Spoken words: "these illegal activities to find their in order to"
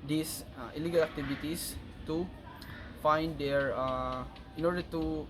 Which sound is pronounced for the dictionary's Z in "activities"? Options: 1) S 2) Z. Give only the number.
1